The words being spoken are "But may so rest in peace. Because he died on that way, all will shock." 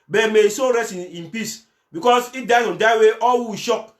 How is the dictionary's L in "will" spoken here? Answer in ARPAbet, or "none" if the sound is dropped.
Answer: W